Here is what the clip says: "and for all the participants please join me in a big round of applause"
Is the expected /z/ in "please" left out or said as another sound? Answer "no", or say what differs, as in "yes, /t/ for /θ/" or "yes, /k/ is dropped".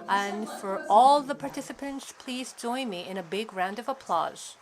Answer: no